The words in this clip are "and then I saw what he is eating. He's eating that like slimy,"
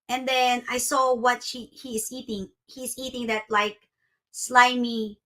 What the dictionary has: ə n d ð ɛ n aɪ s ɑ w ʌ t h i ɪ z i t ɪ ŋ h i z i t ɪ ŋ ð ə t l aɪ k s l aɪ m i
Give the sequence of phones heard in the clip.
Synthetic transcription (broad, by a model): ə n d ð ɛ n aɪ s ɑ w ʌ t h i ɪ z i t ɪ ŋ h i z i t ɪ ŋ ð ə t l aɪ k s l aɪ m i